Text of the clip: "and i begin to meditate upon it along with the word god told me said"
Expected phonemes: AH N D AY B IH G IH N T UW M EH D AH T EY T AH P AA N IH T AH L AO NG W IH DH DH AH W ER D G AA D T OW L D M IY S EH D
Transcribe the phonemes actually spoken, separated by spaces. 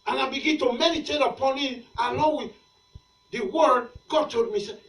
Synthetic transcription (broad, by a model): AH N AY B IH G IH N T UW M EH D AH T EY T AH P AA N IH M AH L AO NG W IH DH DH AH W ER D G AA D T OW D M IY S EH